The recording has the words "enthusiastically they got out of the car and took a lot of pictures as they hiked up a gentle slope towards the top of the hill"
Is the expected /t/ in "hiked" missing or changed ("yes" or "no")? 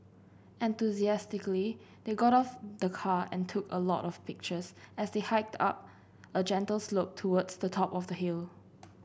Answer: no